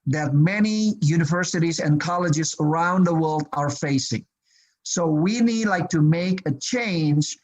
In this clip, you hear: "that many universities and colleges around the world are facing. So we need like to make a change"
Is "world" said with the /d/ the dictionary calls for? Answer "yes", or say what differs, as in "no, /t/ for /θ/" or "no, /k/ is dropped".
yes